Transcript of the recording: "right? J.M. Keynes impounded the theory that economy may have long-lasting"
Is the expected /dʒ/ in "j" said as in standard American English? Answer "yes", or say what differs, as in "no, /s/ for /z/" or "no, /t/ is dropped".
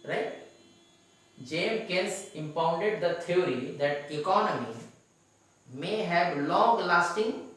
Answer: yes